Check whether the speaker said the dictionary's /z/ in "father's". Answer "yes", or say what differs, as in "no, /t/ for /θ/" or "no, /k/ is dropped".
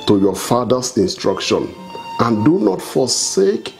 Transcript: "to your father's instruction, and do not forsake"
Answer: no, /s/ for /z/